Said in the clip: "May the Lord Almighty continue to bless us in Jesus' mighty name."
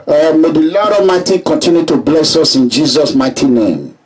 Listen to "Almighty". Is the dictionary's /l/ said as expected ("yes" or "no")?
no